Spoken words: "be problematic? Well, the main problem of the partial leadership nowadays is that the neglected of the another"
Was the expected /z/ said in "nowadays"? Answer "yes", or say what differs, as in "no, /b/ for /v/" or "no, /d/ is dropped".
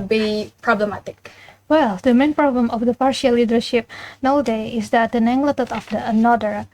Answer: no, /z/ is dropped